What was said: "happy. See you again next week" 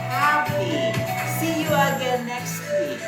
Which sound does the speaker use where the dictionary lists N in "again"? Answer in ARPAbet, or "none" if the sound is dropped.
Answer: L